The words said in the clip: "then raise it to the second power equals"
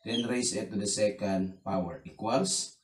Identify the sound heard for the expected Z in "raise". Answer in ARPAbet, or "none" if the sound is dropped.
S